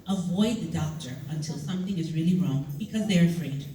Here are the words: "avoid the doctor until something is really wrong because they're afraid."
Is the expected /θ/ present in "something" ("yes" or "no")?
yes